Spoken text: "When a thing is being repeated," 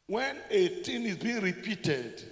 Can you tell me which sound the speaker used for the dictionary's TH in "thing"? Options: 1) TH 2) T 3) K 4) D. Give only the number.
2